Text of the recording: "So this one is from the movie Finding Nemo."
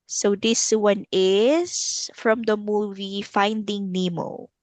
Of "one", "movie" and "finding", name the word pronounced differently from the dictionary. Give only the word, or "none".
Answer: none